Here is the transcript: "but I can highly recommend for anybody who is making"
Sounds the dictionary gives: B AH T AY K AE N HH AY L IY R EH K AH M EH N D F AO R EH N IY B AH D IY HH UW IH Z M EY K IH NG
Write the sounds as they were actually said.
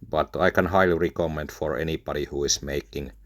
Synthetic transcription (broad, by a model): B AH T AY K AE N HH AY L IY R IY K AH M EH N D F AO R EH N IY B AH D IY HH UW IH S M EY K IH NG